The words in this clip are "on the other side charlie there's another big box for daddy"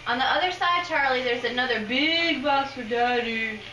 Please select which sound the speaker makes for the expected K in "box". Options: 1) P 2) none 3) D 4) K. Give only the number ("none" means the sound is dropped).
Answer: 2